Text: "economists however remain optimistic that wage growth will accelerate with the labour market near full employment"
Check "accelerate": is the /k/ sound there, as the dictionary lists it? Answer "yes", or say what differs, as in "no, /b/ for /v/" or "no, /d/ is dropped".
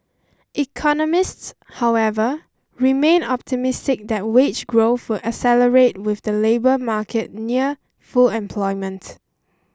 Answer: no, /k/ is dropped